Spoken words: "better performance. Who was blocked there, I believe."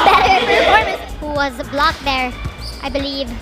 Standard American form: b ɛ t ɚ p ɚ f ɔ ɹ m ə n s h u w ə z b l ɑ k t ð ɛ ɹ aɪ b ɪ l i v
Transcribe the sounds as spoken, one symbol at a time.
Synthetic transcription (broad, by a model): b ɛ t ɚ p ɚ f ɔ ɹ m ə s h u w ə z b l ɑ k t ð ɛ ɹ aɪ b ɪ l i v